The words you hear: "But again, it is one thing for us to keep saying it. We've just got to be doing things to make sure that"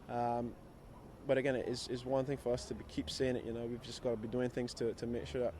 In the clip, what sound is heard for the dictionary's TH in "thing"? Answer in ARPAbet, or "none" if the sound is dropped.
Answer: TH